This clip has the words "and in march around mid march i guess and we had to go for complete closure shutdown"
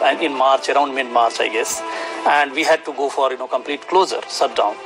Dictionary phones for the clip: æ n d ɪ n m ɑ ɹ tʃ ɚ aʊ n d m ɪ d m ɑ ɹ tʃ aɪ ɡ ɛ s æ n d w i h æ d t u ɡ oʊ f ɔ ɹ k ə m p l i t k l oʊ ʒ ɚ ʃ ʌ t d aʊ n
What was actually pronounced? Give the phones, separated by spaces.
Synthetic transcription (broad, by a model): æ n ɪ n m ɑ ɹ tʃ ɚ aʊ n d m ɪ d m ɑ ɹ tʃ aɪ ɡ ɛ s æ n d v i h æ d t u ɡ oʊ f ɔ ɹ k ə m p l i t k l oʊ z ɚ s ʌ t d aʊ n